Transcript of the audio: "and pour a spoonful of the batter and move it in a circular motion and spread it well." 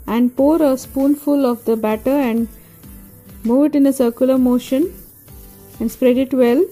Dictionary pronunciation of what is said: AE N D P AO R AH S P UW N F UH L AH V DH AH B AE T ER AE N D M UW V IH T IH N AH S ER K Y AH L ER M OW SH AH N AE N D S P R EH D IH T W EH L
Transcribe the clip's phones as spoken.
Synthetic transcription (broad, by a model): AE N D P AO R AH S P UW N F UH L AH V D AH B AE T ER AE N D M UW V IH T IH N AH S ER K Y AH L ER M OW SH AH N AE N D S P R EH D IH T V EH L